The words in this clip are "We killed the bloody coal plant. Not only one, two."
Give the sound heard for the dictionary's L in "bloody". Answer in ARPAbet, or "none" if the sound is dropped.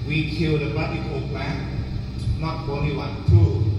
none